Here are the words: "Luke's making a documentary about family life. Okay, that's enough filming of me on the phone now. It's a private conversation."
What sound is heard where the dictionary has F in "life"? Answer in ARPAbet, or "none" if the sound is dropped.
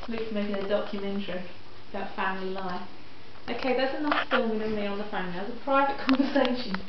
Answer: none